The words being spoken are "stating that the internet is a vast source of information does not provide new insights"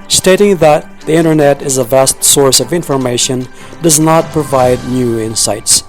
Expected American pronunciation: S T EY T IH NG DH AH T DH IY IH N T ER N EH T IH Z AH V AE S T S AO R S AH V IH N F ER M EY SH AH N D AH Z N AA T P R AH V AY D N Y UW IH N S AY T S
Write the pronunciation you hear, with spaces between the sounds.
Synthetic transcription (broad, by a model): S T EY T IH NG DH AH T DH IY IH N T ER N EH T IH Z AH V AE S T S AO R S AH V IH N F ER M EY SH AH N D AH Z N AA T P R AH V AY D N Y UW IH N S AY T S